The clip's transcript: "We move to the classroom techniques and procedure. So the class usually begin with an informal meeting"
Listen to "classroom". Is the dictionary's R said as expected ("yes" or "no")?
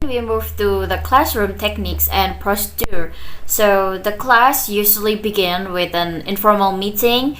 yes